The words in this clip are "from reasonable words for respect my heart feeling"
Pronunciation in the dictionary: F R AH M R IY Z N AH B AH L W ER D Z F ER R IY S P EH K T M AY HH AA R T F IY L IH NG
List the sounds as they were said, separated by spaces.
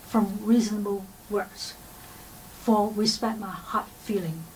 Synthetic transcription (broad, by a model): F R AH M R IY Z N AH B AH L W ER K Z F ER W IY S P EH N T M AY HH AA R T F IY L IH NG